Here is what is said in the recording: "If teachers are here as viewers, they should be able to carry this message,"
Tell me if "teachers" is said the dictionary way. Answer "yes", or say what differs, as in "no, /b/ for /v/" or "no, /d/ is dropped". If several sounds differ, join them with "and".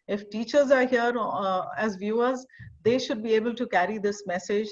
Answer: yes